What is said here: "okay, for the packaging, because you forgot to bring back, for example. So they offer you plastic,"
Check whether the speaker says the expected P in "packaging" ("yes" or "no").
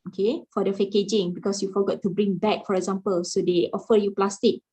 no